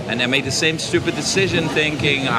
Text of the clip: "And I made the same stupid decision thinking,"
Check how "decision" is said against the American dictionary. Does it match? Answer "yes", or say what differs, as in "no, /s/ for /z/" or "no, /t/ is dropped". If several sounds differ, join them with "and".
yes